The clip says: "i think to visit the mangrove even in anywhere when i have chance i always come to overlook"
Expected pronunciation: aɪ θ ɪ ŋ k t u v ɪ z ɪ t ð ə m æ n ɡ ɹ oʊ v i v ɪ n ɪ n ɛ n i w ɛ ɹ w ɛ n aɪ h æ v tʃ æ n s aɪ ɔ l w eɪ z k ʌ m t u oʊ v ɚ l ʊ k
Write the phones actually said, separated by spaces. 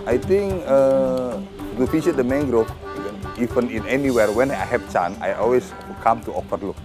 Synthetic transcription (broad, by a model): aɪ t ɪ ŋ k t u f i s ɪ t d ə m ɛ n ɡ ɹ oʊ f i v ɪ n ɪ n ɛ n i w ɛ ɹ w ɛ n aɪ h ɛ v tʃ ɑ n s aɪ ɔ l w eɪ s k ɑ m t u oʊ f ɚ l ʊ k